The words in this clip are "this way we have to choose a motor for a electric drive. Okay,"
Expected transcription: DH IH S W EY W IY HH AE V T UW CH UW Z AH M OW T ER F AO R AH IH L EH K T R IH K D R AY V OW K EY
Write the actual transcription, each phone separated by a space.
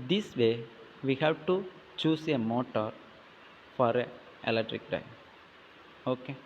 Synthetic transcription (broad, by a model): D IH S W EY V IY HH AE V T UW CH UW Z AH M OW T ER F AO R AH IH L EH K T R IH K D AY OW K EY